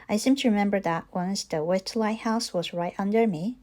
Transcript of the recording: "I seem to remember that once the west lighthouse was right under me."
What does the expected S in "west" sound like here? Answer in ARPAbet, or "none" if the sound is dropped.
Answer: none